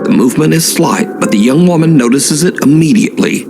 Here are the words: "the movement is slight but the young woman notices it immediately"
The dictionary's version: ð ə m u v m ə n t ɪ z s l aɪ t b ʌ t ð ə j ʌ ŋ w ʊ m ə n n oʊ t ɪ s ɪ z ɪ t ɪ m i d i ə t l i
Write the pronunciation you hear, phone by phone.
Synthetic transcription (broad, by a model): ð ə m u v m ə n t ɪ z s l aɪ t b ʌ t ð ə j ʌ ŋ w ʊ m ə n n oʊ t ɪ s ɪ z ɪ t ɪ m i d i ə t l i